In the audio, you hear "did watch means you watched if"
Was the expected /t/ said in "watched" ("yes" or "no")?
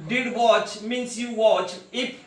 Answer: no